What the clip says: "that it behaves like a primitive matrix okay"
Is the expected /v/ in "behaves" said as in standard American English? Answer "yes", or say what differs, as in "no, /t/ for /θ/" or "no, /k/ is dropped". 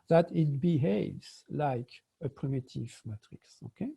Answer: yes